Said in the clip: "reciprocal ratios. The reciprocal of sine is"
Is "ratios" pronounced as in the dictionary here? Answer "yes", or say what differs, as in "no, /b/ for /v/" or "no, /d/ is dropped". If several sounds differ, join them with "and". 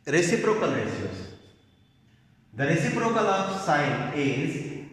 no, /s/ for /ʃ/